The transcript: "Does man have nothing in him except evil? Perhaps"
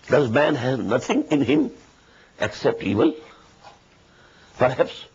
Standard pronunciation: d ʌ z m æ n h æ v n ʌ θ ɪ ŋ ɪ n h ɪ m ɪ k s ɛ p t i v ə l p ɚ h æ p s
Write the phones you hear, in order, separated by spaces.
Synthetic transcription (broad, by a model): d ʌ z m æ n h æ v n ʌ t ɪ ŋ ɪ n h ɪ m ɪ k s ɛ p t i v ə l p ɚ h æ p s